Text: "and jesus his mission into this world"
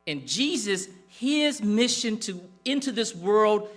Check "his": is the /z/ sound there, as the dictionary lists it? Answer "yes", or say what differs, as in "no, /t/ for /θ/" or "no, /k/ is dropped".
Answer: yes